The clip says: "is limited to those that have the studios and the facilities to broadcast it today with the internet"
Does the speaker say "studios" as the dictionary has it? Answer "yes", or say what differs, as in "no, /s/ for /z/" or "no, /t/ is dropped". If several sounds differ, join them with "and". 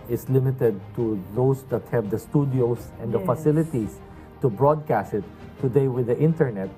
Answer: no, /s/ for /z/